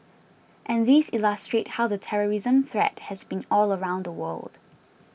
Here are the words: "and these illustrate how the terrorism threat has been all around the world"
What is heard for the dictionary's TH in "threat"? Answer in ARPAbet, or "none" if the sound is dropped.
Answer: TH